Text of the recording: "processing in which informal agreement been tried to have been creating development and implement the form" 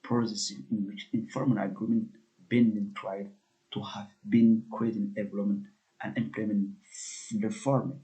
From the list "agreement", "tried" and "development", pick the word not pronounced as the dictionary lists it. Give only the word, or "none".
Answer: development